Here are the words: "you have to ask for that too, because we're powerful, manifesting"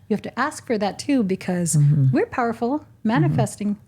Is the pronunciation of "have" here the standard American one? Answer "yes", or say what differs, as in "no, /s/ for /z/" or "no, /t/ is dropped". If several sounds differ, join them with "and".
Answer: no, /f/ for /v/